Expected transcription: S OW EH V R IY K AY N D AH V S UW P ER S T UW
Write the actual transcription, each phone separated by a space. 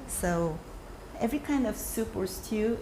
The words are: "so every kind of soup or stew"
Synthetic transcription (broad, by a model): S OW EH V R IY K AY N D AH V S UW P ER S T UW